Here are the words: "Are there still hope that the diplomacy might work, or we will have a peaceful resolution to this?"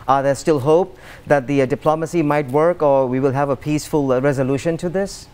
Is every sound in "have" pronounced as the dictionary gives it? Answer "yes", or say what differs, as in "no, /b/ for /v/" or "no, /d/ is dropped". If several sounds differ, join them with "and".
yes